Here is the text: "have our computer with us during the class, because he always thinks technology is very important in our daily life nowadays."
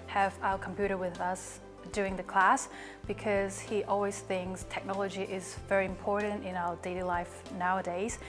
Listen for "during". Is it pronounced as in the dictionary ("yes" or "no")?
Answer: no